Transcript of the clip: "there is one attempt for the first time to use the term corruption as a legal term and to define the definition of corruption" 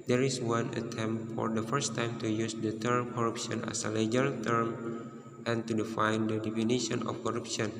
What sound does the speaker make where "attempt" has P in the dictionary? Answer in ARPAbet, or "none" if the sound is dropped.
none